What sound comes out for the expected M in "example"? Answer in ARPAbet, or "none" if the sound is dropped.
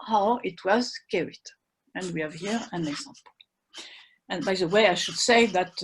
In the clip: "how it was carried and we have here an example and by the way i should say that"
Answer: M